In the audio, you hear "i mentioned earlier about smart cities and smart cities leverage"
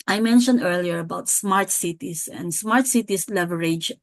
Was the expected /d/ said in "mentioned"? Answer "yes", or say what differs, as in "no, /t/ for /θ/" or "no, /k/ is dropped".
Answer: yes